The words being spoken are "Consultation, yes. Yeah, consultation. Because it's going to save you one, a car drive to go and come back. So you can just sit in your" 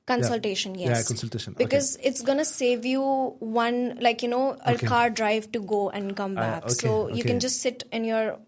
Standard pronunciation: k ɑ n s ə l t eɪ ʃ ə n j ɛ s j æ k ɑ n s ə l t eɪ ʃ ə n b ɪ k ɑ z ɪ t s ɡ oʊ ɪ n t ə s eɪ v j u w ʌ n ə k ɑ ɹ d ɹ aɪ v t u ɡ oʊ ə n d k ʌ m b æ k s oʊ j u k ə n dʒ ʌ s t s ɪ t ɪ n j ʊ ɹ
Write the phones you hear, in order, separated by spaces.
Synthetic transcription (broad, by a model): k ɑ n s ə l t eɪ ʃ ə n j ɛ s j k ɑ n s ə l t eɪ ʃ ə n b ɪ k ɑ z ɪ t s ɡ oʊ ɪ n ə s eɪ v j u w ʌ n ə k ɑ ɹ d ɹ aɪ v t u ɡ oʊ ə n d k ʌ m b æ k s oʊ j u k ə n dʒ ʌ s t s ɪ t ɪ n j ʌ ɹ